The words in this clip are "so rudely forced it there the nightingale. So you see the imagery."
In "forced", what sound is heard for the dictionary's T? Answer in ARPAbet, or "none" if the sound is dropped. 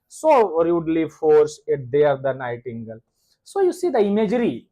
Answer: none